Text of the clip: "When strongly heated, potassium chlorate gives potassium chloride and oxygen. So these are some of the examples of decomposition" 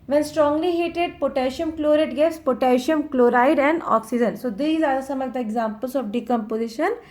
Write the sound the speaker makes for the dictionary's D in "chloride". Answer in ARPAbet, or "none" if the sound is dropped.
D